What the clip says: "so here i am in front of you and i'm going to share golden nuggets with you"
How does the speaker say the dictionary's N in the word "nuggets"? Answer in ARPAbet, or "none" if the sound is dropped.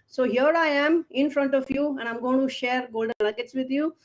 L